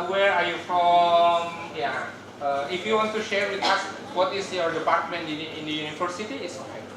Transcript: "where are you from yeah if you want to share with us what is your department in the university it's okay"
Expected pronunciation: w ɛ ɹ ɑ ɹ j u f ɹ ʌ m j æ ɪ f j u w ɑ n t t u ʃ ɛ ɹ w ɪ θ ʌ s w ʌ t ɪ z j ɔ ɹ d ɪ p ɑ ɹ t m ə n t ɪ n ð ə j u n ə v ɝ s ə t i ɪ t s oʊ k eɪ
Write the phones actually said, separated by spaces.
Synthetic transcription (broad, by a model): w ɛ ɹ ɑ ɹ j u f ɹ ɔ m j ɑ ɪ f j u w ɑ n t t u ʃ ɛ ɹ w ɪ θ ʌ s w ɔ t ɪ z j ɔ ɹ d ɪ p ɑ ɹ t m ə n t ɪ n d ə j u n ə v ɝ s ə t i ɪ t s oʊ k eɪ